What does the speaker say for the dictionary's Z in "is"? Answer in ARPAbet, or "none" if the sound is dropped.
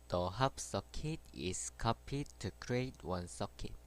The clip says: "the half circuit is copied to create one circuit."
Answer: S